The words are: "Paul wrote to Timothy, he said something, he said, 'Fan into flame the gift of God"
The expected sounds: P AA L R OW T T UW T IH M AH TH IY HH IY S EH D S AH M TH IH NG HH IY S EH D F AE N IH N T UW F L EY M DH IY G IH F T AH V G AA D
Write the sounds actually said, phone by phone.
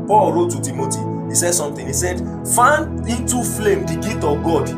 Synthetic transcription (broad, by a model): P AA L R OW T T UW T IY M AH T IY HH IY S EH D S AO M T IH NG HH IY S EH D F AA IH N T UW F L EY M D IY G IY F T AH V G AA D